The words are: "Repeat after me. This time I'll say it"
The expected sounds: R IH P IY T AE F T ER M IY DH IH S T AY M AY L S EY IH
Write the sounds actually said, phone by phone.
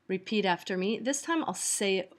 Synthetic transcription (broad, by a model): R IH P IY T AE F T ER M IY DH IH S T AY M AY L S EY IH